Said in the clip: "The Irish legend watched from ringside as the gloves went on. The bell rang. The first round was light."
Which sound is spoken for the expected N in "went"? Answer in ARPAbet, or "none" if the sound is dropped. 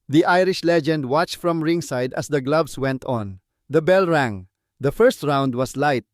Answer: N